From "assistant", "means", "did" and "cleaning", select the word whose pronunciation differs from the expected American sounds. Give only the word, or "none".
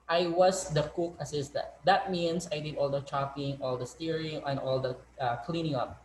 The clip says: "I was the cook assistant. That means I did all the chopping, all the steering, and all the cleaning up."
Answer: means